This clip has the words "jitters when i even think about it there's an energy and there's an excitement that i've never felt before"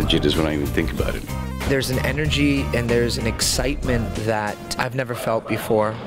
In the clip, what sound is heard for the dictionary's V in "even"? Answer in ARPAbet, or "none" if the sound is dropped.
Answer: V